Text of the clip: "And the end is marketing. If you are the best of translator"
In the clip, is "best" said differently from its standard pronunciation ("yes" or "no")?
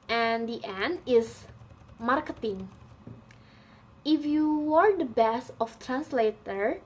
yes